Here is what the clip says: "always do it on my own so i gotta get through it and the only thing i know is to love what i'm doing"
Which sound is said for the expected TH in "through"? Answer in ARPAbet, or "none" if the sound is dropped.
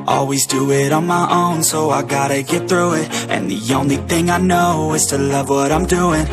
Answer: TH